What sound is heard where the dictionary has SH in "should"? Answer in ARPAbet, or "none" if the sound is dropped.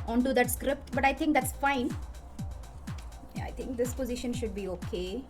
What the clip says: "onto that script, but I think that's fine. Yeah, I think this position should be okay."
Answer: SH